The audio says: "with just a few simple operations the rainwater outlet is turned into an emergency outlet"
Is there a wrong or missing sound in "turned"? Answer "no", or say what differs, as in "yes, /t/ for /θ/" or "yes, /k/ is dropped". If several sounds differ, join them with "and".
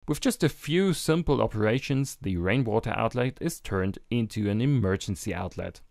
no